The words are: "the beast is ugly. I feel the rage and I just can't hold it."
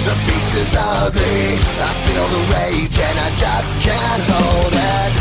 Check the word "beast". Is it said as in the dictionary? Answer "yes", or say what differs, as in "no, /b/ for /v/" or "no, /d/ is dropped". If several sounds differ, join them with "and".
no, /t/ is dropped